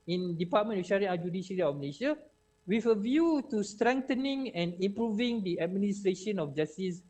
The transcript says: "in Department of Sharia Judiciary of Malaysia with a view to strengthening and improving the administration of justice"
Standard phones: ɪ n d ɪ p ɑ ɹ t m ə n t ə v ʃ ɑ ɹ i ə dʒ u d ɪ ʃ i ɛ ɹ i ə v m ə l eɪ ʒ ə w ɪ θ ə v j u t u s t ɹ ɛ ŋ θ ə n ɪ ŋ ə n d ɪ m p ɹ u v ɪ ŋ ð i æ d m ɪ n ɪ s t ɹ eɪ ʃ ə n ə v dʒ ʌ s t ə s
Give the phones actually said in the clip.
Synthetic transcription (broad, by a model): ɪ n d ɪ p ɑ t m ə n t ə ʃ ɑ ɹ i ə dʒ u d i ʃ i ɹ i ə f m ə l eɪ ʃ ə w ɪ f ə v j u t u s t ɹ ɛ ŋ t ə n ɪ ŋ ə n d ɪ m p ɹ u v ɪ ŋ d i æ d m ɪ n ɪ s t ɹ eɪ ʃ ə n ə f dʒ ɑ s t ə s